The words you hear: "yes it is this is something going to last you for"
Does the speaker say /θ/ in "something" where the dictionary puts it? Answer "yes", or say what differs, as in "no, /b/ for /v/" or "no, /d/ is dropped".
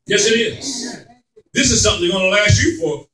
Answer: yes